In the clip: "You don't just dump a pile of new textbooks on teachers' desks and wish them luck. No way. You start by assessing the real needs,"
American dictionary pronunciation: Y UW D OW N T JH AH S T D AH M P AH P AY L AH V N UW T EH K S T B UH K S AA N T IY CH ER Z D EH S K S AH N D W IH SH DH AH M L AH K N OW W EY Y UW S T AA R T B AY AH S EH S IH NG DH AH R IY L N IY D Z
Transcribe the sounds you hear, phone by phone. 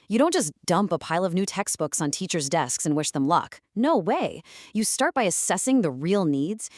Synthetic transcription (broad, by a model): Y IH D OW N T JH AH S D AH M P AH P AY L AH V N UW T EH K S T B UH K S N T IY CH ER Z D EH S K S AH N W IH SH DH AH M L AH K N OW W EY Y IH S T AA R T B AY AH S EH S IH NG DH AH R IY L N IY D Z